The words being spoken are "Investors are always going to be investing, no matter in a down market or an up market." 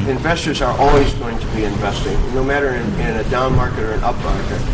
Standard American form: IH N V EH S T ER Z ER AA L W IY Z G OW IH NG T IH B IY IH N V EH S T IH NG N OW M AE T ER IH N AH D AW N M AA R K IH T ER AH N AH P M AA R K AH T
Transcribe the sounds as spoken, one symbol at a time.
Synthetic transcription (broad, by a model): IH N V EH S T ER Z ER AA L W IY Z G OW IH NG T IH B IY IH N V EH S T IH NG N OW M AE T ER IH N AH D AW N M AA R K IH T ER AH N AH P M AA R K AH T